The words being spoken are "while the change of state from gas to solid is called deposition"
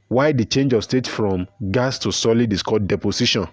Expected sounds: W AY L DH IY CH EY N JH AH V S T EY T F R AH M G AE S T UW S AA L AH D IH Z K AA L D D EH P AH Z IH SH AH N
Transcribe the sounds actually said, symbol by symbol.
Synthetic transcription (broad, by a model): W AY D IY CH EY N JH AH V S T EY T F R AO M G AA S T UW S AA L AH D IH S K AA D D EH P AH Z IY SH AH N